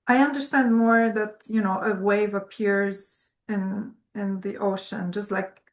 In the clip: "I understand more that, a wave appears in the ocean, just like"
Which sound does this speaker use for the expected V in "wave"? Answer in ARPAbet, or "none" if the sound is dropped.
V